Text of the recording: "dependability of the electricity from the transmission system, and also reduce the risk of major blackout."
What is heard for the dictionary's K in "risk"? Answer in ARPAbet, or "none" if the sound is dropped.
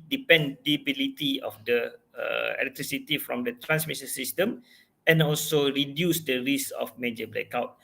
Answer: none